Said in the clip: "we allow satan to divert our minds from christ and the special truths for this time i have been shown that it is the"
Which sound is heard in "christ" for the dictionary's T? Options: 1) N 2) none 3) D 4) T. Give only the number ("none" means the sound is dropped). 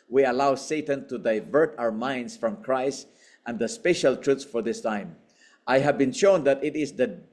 4